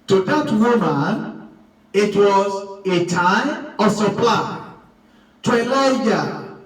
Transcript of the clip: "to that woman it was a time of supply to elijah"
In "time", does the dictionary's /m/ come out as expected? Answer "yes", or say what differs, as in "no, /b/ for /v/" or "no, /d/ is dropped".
no, /m/ is dropped